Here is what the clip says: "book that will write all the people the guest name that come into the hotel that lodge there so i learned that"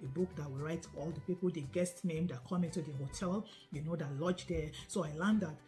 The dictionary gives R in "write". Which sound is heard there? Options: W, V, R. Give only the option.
R